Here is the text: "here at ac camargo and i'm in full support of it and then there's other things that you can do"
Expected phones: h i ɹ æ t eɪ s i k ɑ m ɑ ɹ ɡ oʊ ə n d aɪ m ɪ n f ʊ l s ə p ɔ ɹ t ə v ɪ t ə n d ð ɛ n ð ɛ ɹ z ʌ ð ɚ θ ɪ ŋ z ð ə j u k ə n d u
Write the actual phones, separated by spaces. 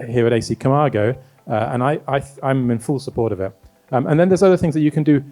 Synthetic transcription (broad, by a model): h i ɹ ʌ t eɪ s i k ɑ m ɑ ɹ ɡ oʊ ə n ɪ aɪ m ɪ n f ʊ l s ə p ɔ ɹ t ə v ɪ t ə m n ð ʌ n ð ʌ ɹ z ʌ ð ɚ θ ɪ ŋ z ð ə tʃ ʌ k ə n d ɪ